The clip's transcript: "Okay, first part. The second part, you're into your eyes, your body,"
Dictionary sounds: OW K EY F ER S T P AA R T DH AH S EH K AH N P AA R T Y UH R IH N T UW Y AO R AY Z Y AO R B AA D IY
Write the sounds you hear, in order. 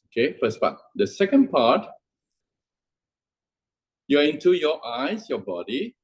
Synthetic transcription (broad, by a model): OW K EY F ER S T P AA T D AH S EH K AH N P AA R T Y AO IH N T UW Y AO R AY S Y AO B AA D IY